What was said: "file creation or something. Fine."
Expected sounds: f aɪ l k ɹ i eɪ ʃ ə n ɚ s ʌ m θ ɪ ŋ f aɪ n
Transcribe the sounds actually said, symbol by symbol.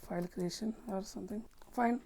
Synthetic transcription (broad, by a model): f aɪ l k ɹ i eɪ ʃ ə n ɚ s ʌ m t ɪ ŋ f aɪ n